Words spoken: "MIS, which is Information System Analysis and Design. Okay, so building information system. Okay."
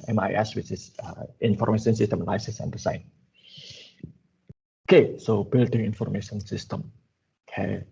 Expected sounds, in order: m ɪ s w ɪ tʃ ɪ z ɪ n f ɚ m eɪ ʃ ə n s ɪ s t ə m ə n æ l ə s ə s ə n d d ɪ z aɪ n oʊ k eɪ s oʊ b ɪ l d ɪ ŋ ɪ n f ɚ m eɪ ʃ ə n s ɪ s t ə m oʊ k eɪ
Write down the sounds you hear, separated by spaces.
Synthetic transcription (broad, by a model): m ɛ s w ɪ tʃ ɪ s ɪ n f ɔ m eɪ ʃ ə n s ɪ s t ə m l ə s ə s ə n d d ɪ s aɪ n oʊ k eɪ s oʊ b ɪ l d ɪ ŋ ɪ n f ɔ m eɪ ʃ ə n s ɪ s t ə m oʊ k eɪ